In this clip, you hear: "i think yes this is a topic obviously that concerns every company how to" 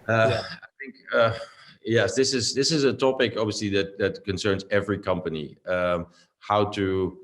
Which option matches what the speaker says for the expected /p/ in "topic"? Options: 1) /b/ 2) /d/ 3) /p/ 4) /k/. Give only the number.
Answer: 3